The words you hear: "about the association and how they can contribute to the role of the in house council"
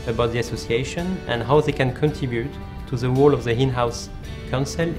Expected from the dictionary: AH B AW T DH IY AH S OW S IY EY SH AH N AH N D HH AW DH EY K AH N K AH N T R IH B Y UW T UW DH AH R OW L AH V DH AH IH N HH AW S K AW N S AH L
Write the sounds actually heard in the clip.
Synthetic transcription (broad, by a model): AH B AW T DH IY AH S OW S IY EY SH AH N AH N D HH AW DH EY K AH N K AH N T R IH B Y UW T UW DH AH W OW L AH V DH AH IH N HH AW S K AW N S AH L